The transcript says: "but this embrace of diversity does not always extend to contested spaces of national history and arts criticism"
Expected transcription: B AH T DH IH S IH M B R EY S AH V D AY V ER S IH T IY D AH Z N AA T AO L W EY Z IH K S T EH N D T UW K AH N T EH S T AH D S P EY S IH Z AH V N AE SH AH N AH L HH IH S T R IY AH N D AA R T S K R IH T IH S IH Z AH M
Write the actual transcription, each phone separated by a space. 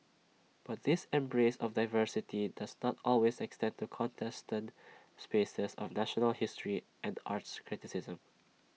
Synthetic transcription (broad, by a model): B AH T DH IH S IH M B R EY S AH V D AY V ER S IH T IY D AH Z N AA T AO L W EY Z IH K S T EH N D T UW K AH N T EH S T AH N S P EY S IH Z AH V N AE SH AH N AH L HH IH S T R IY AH N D AA R T S K R IH T IH S IH Z AH M